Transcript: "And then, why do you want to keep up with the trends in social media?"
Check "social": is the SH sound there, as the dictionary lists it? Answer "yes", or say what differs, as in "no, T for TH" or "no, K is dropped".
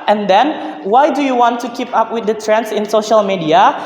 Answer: yes